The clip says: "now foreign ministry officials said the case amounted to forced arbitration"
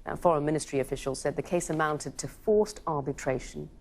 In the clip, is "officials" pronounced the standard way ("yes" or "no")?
yes